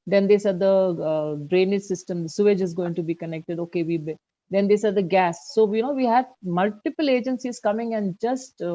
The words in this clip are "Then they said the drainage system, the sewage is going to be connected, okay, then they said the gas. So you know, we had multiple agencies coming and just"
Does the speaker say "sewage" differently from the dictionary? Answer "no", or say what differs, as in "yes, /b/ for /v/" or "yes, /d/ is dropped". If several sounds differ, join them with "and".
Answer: no